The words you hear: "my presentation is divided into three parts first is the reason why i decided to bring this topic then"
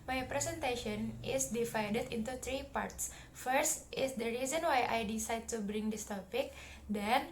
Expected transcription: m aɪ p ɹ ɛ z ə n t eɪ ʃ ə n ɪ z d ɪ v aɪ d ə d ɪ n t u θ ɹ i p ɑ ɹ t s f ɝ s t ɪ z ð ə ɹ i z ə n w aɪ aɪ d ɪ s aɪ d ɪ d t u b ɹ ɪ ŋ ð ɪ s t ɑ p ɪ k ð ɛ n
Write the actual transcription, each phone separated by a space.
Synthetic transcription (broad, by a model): m aɪ p ɹ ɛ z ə n t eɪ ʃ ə n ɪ s d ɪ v aɪ d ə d ɪ n t u t ɹ i p ɑ ɹ t s f ɝ s t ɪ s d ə ɹ i z ə n w aɪ aɪ d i s aɪ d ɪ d t u b ɹ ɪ ŋ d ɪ s t ɑ p ɪ k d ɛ n